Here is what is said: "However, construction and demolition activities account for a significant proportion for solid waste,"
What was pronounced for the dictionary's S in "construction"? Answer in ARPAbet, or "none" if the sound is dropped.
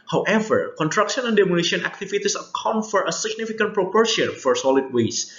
none